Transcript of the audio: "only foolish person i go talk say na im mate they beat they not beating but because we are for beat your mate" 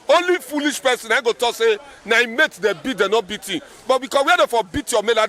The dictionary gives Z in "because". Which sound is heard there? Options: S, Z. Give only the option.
S